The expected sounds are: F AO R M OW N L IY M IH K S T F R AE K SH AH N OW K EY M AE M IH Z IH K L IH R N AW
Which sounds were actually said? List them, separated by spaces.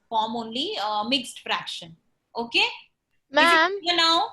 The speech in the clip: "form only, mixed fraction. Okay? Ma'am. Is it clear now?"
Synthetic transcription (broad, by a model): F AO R M OW N L IY M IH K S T F R AE K SH AH N OW K EY M AE M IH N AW